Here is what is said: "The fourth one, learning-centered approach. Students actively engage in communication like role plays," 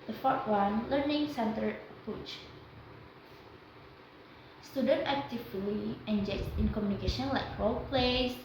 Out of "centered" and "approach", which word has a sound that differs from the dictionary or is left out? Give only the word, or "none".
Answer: approach